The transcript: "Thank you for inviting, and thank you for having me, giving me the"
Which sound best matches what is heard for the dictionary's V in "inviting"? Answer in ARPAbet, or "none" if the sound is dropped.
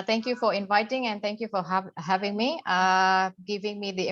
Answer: V